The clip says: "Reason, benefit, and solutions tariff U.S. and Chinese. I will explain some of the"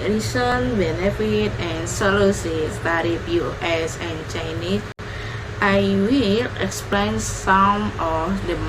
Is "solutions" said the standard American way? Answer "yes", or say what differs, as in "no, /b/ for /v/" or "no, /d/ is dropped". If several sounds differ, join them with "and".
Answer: no, /s/ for /ʃ/